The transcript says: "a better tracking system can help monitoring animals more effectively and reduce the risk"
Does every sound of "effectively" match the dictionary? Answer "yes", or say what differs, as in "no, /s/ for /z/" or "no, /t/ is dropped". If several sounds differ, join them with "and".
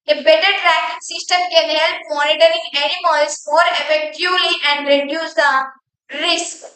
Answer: no, /v/ is dropped